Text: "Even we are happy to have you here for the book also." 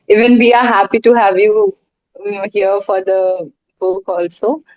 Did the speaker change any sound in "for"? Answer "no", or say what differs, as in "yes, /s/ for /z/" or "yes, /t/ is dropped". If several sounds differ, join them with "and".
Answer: no